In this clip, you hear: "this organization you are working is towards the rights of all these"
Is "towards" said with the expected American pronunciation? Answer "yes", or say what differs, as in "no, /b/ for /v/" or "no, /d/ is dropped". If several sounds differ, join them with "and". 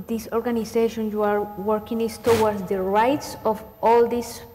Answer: no, /w/ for /ɹ/